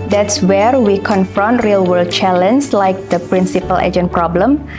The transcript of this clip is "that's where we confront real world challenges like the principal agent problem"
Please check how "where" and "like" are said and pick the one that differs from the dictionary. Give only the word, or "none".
none